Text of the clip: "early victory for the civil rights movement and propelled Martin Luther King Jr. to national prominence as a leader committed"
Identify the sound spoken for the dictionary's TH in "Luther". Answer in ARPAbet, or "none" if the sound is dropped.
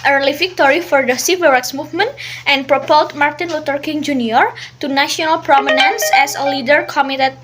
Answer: T